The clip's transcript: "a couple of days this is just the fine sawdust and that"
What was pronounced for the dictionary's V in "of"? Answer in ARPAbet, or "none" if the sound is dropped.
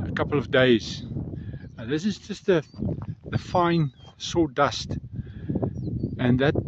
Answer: V